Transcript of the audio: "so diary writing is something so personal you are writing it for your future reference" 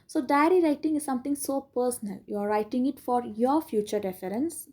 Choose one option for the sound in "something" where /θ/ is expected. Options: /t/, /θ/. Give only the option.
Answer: /t/